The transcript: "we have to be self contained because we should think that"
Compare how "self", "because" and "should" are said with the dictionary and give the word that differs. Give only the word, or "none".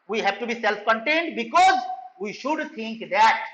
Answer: none